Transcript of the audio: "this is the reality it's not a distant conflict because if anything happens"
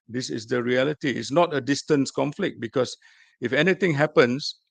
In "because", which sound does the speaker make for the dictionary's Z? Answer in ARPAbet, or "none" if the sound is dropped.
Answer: S